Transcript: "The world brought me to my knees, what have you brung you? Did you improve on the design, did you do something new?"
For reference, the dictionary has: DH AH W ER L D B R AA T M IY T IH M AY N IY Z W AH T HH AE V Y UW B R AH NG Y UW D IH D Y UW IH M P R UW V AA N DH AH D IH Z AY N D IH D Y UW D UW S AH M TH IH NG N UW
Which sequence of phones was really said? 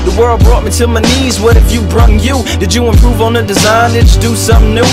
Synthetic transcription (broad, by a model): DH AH W ER L D B R AA T M IY T IH M AY N IY Z W AH T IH F Y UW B R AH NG Y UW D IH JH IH IH M P R UW V N DH AH D IH Z AY N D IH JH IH D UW S AH M N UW